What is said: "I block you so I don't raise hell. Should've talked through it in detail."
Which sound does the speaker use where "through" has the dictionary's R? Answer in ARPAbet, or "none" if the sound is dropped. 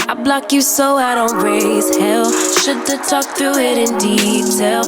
none